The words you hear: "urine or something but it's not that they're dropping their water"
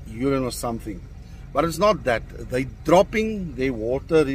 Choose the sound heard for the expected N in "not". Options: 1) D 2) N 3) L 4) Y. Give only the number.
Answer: 2